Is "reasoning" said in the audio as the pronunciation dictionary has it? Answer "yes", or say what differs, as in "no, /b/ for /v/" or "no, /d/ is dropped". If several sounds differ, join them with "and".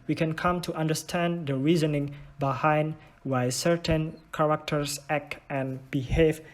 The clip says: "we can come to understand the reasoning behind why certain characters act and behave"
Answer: yes